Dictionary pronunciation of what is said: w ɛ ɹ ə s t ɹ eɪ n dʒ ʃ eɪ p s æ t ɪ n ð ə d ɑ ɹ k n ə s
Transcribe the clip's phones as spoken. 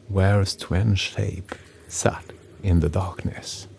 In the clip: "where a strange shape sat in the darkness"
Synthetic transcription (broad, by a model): w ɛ ɹ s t w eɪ n ʃ eɪ p s æ t ɪ n ð ə d ɑ ɹ k n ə s